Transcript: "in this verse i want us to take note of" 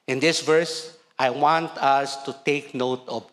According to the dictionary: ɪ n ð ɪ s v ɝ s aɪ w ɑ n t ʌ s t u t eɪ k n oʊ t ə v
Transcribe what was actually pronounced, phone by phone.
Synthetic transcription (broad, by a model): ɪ n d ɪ s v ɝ s aɪ w ɑ n t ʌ s t u t eɪ k n oʊ t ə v